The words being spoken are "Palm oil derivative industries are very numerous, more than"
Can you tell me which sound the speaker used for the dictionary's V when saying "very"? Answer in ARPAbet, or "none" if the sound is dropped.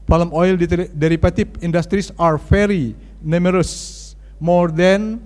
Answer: F